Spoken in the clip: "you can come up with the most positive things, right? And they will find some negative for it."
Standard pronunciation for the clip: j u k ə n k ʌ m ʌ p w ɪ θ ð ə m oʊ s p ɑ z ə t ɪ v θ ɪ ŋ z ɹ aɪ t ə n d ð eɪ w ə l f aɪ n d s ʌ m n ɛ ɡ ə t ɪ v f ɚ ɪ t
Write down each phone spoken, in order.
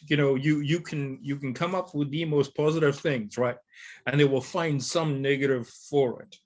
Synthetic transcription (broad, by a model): j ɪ k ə n k ʌ m ʌ p w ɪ ð ə m oʊ s p ɑ z ə t ɪ v θ ɪ ŋ z ɹ aɪ t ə n ð eɪ w ə l f aɪ n d s ʌ m n ɛ ɡ ə t ɪ v f ɚ ɪ t